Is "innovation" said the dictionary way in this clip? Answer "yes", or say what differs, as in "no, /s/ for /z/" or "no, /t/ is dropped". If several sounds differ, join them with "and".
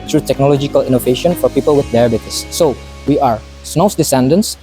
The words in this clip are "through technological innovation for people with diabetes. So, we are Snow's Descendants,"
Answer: yes